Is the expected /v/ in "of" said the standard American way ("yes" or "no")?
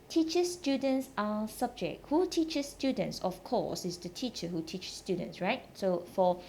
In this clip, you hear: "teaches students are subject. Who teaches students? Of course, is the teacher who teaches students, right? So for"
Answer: no